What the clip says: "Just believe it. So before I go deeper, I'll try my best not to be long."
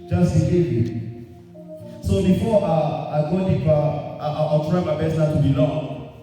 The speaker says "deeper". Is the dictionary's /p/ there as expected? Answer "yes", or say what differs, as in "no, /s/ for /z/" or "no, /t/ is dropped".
no, /p/ is dropped